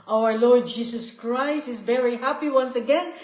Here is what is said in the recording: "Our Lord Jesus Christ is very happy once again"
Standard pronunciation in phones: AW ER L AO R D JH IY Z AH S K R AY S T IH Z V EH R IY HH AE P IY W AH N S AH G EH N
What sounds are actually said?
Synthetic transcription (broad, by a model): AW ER L AO R D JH IY S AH S K R AY S T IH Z V EH R IY HH AE P IY W AH N S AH G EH N